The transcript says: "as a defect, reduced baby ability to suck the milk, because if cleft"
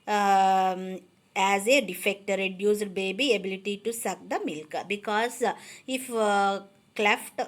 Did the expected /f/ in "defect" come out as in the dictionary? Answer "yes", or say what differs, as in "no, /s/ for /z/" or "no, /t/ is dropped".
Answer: yes